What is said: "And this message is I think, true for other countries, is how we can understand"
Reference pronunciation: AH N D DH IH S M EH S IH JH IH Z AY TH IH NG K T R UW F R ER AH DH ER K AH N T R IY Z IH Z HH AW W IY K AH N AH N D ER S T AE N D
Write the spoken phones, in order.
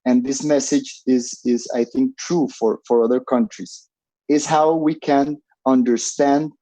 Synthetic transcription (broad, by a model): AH N DH IH S M EH S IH JH IH Z AY TH IH NG K T R UW F R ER AH DH ER K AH N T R IY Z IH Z HH AW W IY K AH N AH N D ER S T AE N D